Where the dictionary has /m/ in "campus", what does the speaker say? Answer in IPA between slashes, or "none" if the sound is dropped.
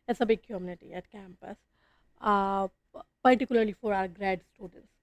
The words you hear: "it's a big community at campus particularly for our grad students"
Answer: /m/